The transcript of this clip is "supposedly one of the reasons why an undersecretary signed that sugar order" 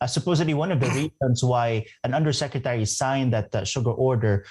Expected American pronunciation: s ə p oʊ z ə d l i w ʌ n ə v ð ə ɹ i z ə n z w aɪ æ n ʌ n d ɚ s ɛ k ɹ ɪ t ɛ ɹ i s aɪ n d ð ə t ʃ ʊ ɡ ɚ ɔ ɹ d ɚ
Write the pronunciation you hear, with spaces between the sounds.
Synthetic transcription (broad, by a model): s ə p oʊ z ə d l i w ʌ n ə v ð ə ɹ i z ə n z w aɪ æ n ʌ n d ɚ s ɛ k ɹ ɪ t ɛ ɹ i s aɪ n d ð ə t ʃ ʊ ɡ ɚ ɔ ɹ d ɚ